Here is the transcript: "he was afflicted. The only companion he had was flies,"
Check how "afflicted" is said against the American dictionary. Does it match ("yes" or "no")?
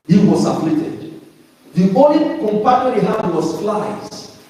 no